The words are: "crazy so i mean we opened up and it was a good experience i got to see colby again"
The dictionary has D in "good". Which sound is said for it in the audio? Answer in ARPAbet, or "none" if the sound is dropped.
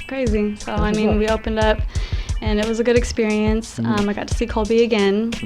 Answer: D